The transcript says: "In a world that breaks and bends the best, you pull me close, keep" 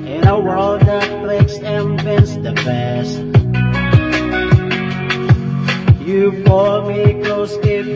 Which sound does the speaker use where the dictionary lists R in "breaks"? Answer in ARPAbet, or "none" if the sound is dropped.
L